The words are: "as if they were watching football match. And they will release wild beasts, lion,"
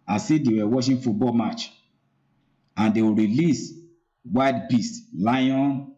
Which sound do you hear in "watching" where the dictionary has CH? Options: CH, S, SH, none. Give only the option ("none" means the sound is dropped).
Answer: SH